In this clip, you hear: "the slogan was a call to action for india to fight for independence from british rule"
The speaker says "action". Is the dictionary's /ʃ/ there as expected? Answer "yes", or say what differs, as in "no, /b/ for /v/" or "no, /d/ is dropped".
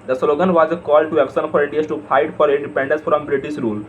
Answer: no, /s/ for /ʃ/